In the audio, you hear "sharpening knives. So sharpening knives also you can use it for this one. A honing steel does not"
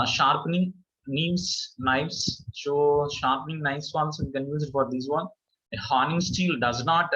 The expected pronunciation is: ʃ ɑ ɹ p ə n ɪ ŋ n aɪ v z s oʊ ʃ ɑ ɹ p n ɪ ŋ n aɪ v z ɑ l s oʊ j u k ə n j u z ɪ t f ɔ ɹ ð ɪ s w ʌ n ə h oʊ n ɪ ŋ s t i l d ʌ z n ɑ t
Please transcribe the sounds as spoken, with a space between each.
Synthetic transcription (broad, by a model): ʃ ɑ ɹ p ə n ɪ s n aɪ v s s oʊ ʃ ɑ ɹ p n ɪ ŋ n aɪ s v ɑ n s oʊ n k ə n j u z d f ɔ ɹ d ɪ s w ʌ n ə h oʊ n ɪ ŋ s t i l d ʌ z n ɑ t